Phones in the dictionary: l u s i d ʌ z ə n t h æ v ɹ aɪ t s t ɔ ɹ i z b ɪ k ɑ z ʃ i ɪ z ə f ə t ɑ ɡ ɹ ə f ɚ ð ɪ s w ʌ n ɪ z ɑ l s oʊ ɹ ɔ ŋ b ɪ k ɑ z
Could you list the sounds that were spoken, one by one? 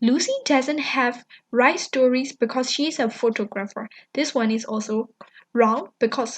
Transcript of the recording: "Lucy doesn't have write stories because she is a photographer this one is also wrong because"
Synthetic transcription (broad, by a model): l u s i d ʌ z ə n t h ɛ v ɹ aɪ t s t ɔ ɹ i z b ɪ k ɑ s ʃ i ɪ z ə f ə t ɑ ɡ ɹ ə f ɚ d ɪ s w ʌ n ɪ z ɑ l s oʊ ɹ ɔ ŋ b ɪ k ɑ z